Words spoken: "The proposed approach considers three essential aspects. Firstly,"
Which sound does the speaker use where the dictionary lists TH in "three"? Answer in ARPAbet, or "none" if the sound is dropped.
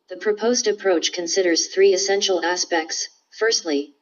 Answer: TH